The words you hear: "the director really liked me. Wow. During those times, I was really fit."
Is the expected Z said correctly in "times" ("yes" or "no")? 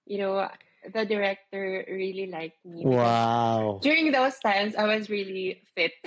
no